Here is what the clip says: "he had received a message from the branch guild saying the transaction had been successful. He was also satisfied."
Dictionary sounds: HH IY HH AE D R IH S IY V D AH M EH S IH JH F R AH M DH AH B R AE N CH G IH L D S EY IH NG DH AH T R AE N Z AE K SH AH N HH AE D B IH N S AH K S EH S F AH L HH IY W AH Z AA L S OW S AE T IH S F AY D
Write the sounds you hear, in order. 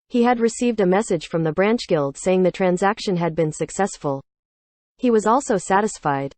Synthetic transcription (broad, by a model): HH IY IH D R IH S IY V D AH M EH S IH JH F R AH M DH AH B R AE N CH G IH L D S EY IH NG DH AH T R AE N Z AE K SH AH N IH D B IH N S AH K S EH S F AH L HH IY W AH Z AA L S OW S AE T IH S F AY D